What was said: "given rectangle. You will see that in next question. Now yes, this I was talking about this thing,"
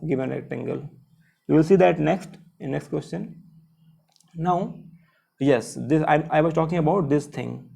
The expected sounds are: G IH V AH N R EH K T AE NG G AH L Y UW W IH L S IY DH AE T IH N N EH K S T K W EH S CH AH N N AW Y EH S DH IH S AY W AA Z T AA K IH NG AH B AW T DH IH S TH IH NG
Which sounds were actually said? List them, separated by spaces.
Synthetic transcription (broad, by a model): G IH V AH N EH T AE NG G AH L Y UW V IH L S IY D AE T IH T N EH K S T K W EH S CH AH N N AW Y EH S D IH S AY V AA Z T AA K IH NG AH B AW T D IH S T IH NG